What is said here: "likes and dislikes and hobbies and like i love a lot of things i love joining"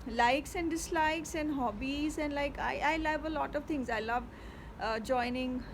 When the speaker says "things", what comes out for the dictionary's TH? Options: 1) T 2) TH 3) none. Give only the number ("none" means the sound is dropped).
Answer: 1